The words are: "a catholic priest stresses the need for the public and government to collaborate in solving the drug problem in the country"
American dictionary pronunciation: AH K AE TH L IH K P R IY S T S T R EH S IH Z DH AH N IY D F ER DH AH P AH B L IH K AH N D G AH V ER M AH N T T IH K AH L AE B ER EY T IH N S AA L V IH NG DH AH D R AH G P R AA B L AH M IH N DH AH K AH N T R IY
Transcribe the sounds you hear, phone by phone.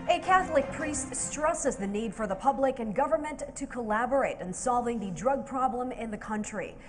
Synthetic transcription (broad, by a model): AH K AE TH L IH K P R IY S T S T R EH S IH Z DH AH N IY D F ER DH AH P AH B L IH K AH N G AH V ER M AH N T T IH K AH L AE B ER EY T IH N S AA L V IH NG DH AH D R AH G P R AA B L AH M IH N DH AH K AH N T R IY